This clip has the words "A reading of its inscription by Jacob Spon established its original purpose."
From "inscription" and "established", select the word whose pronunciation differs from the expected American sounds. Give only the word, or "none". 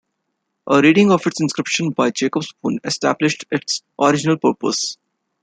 none